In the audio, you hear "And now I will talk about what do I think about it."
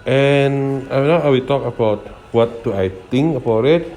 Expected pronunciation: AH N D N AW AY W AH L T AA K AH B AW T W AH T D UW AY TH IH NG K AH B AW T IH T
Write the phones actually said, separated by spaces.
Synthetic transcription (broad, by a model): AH N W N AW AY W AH T AA K AH B AW T W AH T D UW AY T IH NG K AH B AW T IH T